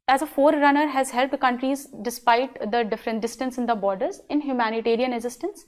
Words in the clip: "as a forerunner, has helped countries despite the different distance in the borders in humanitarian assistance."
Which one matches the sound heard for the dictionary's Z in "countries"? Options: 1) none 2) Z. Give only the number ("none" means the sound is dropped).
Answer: 2